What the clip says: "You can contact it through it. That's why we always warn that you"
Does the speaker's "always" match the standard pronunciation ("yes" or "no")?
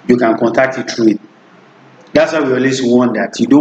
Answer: no